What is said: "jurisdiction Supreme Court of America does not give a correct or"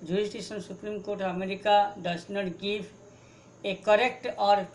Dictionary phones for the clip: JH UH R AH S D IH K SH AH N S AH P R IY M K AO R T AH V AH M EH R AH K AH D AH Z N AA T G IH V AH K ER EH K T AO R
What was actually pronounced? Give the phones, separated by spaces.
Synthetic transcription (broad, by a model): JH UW R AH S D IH K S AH N S AH P R IY M K AO R T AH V AH M EH R AH K AH D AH S N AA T G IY P AH K ER EH K T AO R